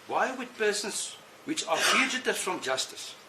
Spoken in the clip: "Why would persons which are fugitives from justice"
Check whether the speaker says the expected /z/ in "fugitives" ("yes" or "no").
no